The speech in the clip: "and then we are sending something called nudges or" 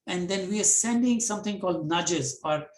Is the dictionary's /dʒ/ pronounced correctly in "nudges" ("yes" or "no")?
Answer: yes